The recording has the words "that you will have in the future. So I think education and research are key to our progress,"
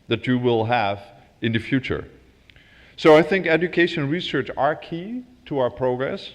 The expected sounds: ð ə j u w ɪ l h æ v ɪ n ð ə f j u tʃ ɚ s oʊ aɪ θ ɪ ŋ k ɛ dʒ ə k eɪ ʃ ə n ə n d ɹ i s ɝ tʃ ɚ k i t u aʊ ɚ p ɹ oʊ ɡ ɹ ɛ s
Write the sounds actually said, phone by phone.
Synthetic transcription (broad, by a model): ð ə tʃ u w ɪ l h æ v ɪ n ð ə f j u tʃ ɚ s oʊ aɪ θ ɪ ŋ k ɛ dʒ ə k eɪ ə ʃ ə n ɹ i s ɝ tʃ ɚ k i t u aʊ ɚ p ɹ oʊ ɡ ɹ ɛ s